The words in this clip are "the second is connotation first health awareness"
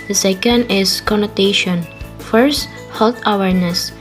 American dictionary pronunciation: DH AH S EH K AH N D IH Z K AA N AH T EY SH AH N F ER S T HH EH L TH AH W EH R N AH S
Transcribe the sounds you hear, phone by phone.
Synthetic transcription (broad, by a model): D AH S EH K AH N D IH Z K AA N AH T EY SH AH N F ER S T HH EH L T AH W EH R N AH S